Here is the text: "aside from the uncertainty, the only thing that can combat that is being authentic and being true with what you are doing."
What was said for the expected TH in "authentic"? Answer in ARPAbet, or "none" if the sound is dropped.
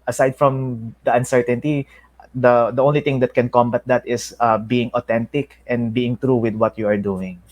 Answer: T